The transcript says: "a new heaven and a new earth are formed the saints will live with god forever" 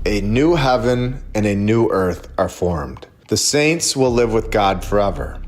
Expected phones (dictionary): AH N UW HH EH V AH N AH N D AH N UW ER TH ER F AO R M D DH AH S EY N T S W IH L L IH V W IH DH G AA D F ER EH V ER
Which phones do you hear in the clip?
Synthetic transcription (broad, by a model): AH N UW HH EH V AH N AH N AH N UW ER TH ER F AO R M D DH AH S EY N T S W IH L L IH V W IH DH G AA D F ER EH V ER